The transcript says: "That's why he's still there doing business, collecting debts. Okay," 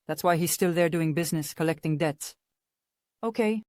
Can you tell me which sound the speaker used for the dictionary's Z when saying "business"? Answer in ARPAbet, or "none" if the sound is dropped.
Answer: Z